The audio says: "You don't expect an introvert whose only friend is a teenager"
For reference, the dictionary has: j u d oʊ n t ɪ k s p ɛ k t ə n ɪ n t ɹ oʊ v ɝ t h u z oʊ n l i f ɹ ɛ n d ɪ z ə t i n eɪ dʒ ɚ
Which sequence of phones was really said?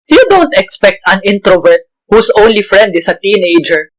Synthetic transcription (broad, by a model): j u d oʊ n t ɪ k s p ɛ k t ə n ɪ n t ɹ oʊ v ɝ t h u s oʊ n l i f ɹ ɛ n d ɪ s ə t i n eɪ dʒ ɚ